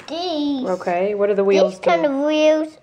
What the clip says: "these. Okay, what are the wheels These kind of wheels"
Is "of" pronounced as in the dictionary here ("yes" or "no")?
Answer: yes